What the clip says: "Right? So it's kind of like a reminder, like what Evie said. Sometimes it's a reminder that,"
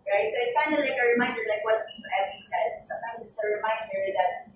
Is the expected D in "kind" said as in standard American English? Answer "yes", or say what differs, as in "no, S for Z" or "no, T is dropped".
no, D is dropped